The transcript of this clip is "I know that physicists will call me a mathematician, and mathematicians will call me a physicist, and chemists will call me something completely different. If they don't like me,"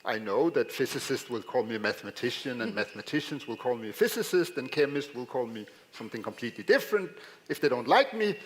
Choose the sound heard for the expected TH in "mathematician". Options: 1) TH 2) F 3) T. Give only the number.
1